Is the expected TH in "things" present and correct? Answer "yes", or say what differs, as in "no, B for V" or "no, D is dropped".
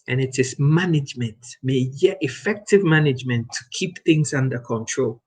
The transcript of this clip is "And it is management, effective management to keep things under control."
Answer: yes